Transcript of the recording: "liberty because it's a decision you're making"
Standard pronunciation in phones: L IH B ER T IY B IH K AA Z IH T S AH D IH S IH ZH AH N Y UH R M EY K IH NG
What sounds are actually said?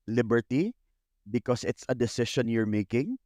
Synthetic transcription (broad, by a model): L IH B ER T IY B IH K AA S IH T S AH D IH S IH SH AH N Y UH R M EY K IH NG